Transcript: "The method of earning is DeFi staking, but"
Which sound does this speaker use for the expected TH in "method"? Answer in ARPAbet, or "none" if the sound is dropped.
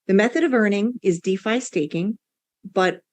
TH